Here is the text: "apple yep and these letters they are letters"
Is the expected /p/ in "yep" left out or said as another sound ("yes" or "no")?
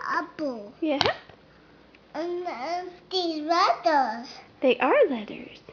yes